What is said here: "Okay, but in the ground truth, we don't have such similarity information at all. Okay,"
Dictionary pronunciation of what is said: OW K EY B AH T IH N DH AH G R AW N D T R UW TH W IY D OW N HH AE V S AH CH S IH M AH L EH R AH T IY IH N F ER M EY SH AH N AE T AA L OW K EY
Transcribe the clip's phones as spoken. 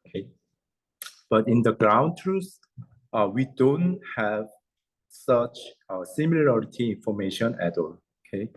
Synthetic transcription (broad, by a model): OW K EY B AH T IH N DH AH G R AW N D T R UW S W IY D OW N HH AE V S AH CH S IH M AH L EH R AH T IY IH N F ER M EY SH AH N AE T AA L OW K EY